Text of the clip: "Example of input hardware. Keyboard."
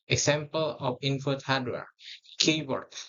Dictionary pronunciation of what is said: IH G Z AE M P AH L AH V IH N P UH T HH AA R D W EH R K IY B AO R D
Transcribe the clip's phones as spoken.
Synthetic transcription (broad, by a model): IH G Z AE M P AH L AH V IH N F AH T HH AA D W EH R K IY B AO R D